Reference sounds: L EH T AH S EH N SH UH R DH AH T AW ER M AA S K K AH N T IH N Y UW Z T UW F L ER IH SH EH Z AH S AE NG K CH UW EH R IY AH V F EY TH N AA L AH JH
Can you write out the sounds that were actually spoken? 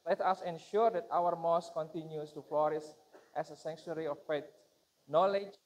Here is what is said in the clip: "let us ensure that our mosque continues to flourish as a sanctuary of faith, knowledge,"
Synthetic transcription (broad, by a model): L EH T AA S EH N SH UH R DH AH T AW ER M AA S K K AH N T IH N Y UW S T UW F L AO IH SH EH S AH S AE NG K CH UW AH R IY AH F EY T N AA L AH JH